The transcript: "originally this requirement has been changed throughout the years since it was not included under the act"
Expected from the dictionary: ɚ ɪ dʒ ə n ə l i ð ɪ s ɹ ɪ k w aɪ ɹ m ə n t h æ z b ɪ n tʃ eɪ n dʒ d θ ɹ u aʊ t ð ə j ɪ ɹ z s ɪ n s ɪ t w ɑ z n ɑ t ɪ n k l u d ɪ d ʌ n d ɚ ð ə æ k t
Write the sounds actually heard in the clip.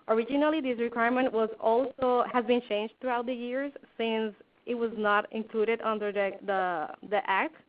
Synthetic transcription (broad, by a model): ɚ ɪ dʒ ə n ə l i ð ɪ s ɹ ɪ k w aɪ ɹ m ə n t h æ z b ɪ n tʃ eɪ n dʒ d t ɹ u aʊ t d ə j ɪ ɹ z s ɪ n s ɪ t w ɑ z n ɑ t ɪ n k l u d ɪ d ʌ n d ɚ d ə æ k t